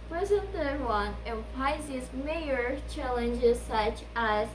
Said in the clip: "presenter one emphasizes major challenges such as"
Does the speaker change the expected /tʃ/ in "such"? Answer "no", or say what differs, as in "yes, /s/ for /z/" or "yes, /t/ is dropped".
no